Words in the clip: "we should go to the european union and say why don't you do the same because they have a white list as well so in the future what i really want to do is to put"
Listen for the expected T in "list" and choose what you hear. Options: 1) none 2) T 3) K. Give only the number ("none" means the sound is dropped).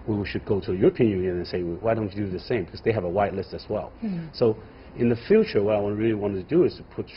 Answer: 2